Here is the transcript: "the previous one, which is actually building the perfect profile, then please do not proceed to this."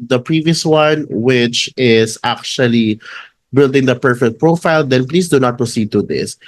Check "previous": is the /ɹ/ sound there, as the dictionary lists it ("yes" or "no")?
yes